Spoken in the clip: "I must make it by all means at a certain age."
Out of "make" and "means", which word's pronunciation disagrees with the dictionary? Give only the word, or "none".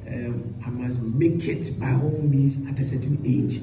means